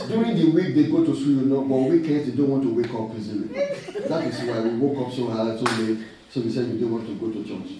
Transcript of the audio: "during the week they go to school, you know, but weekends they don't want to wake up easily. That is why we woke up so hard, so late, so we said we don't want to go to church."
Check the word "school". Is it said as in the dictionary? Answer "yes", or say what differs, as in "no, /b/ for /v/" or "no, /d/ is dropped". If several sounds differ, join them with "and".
no, /k/ is dropped